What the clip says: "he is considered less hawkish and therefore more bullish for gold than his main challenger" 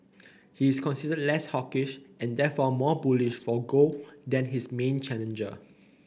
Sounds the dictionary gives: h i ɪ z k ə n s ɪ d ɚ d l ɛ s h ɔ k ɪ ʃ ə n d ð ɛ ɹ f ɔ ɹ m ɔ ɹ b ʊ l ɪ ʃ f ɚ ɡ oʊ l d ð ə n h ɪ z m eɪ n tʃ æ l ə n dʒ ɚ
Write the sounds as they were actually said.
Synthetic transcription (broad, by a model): h i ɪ s k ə n s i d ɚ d l ɛ s h ɔ k ɪ ʃ ə n d ɛ f ɔ m ɔ b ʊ l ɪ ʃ f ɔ ɡ oʊ d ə n h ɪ s m eɪ n tʃ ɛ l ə n dʒ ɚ